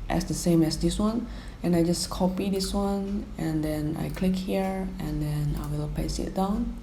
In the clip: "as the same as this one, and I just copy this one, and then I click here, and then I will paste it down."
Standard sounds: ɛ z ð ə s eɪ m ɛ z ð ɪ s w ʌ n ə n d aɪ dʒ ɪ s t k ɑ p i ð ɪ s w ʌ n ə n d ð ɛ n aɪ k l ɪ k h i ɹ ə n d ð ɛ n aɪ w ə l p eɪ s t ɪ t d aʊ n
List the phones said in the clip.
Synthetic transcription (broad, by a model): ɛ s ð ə s eɪ m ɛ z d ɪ s w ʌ n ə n aɪ dʒ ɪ s k ɑ p i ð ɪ s w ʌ n ə n d ɛ n aɪ k l ɪ k h i ɹ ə n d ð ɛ n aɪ w ə l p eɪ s ɪ t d aʊ n